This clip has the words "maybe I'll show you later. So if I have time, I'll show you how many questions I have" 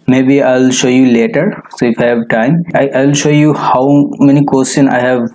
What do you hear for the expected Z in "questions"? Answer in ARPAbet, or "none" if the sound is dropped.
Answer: none